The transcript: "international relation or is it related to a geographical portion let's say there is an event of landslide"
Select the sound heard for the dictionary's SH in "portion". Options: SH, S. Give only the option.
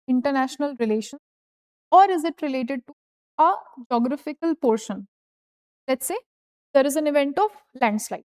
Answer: SH